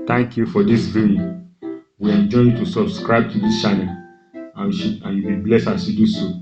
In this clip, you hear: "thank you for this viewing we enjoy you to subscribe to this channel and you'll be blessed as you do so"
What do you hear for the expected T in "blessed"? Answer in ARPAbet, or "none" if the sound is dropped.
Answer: none